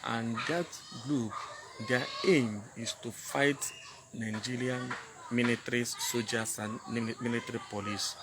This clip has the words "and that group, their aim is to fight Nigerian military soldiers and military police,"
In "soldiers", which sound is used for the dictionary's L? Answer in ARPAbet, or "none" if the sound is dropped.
none